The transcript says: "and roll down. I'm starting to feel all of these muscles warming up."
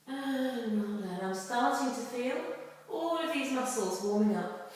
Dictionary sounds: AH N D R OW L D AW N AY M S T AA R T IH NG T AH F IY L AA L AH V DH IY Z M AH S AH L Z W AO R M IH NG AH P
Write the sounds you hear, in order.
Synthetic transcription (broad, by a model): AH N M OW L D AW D AY M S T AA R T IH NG T AH F IY L AA L AH V DH IY Z M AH S L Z W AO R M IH NG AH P